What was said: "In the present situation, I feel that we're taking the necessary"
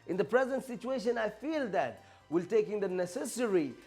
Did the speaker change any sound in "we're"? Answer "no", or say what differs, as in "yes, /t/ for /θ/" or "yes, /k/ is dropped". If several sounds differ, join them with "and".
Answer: yes, /l/ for /ɹ/